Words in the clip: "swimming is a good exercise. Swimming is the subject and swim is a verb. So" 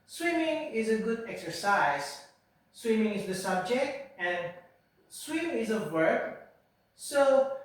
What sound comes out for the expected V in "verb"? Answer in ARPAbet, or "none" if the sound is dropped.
W